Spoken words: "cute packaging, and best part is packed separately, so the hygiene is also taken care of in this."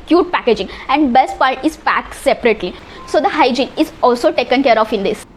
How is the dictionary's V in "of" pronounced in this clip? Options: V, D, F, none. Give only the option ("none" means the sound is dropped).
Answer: F